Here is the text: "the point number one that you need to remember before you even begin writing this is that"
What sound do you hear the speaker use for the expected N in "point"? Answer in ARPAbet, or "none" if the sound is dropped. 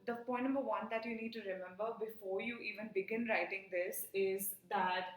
none